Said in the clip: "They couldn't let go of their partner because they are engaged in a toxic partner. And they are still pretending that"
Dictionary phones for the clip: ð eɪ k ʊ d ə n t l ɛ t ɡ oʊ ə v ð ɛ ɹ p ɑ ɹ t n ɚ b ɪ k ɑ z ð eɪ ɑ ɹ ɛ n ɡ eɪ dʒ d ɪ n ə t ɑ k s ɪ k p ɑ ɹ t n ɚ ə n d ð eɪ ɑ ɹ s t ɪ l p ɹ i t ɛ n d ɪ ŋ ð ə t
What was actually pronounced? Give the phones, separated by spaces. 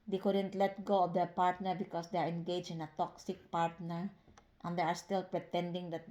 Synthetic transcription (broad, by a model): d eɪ k ʊ d ə n t l ɛ t ɡ oʊ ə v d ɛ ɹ p ɑ ɹ t n ɚ b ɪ k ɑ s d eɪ ɑ ɹ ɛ n ɡ eɪ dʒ ɪ n ə t ɑ k s ɪ k p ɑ ɹ t n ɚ ə n d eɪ ɑ ɹ s t ɪ l p ɹ i t ɛ n d ɪ ŋ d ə t